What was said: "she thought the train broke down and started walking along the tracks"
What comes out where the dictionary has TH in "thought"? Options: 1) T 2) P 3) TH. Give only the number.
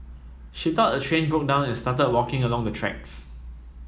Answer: 1